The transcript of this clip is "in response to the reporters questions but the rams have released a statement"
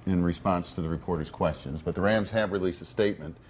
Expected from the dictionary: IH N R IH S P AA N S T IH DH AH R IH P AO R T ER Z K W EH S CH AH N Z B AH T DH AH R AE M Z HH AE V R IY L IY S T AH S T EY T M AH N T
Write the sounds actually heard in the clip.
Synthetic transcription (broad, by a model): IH N R IH S P AA N S T IH DH AH R IH P AO R T ER Z K W EH S CH AH N Z B AH T DH AH R AE M Z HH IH V R IY L IY S T AH S T EY T M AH N T